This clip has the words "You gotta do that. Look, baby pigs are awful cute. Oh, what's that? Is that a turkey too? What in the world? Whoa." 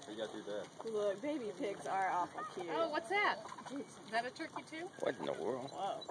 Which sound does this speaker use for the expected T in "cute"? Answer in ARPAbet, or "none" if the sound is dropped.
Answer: none